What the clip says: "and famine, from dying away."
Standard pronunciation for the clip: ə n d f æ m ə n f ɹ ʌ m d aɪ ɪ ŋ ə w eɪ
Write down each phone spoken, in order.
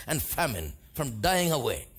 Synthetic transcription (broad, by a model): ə n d f æ m ə n f ɹ ʌ m d aɪ ɪ ŋ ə w eɪ